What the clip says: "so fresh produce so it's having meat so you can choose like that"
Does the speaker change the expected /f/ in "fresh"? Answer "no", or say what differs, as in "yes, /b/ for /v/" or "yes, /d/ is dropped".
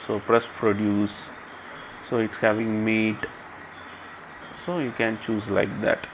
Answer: yes, /p/ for /f/